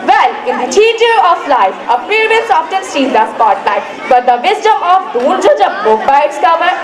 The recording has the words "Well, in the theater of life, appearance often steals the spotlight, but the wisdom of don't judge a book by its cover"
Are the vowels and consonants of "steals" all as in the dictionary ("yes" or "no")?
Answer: no